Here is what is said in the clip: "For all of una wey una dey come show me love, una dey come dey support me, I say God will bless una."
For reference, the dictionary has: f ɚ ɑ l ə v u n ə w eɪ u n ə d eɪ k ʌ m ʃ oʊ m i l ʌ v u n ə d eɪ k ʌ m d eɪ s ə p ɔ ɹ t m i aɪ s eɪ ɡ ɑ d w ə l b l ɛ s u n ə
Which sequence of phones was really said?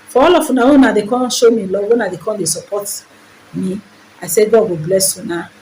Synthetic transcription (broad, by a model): f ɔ ɑ l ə f u n ə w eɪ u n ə d eɪ k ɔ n ʃ oʊ m i l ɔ w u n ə d eɪ k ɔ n d eɪ s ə p ɔ t m i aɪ s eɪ ɡ ɑ d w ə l b l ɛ s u n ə